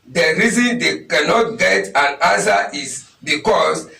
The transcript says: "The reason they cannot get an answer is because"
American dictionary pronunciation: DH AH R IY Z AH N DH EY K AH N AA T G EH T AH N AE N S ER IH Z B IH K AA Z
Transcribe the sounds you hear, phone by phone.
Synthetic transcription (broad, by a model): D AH R IY Z AH N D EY K AH N AA T G EH T AH N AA S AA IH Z B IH K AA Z